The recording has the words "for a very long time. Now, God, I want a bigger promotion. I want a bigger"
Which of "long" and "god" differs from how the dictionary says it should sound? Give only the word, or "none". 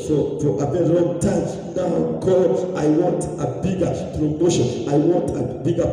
god